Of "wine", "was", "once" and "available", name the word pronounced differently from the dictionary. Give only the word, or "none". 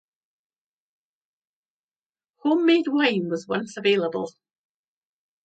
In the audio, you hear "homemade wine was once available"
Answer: none